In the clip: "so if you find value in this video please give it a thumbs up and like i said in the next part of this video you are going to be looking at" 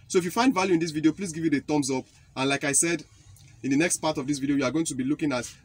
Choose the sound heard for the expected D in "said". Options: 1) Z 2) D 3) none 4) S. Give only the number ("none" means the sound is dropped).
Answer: 2